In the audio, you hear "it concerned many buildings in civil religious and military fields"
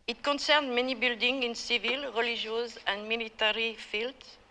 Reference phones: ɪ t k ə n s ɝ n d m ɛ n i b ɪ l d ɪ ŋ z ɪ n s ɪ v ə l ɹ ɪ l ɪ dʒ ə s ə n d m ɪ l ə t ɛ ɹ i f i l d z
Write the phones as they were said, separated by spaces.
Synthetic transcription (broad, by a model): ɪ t k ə n s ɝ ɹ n m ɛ n i b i l d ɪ ŋ ɪ n s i v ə l ɹ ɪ l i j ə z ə n m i l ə t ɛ ɹ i f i l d